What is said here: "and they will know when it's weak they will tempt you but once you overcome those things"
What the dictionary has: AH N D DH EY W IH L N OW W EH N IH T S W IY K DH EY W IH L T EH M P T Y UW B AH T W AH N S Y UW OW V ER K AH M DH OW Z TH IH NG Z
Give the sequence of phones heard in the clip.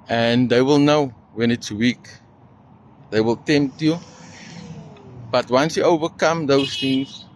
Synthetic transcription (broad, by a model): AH N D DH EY W IH L N OW W EH N IH T S W IY K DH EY W IH L T EH M P T Y UW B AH T W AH N S Y UW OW V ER K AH M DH OW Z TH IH NG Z